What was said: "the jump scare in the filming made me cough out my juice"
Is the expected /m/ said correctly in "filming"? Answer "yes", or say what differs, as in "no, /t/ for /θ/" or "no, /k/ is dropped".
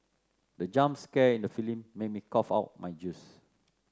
no, /m/ is dropped